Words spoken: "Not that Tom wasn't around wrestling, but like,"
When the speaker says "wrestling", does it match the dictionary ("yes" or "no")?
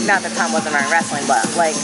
yes